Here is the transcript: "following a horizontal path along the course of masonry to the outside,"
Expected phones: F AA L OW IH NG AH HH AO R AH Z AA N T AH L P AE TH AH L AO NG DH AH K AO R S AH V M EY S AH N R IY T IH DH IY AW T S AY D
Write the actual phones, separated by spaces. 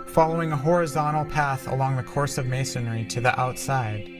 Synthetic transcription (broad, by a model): F AA L OW IH NG AH HH AO R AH Z AA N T L P AE TH AH L AO NG DH AH K AO R S AH V M EY S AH N R IY T IH DH IY AW T S AY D